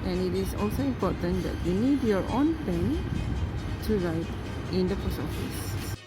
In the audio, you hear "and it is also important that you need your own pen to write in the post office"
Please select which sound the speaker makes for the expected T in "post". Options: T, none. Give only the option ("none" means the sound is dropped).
none